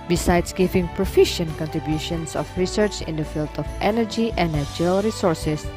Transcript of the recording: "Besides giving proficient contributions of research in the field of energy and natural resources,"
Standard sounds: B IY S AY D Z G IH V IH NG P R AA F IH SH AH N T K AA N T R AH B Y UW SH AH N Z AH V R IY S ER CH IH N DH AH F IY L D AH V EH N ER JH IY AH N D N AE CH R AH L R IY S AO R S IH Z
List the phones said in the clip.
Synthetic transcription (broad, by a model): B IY S AY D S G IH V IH NG P R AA F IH SH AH N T K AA N T R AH B Y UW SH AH N S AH F R IY S ER CH IH N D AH F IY L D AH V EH N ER JH IY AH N N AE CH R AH L R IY S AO R S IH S